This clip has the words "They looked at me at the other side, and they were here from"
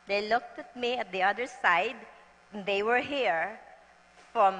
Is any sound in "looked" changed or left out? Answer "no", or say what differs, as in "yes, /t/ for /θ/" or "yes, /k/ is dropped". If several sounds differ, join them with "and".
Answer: no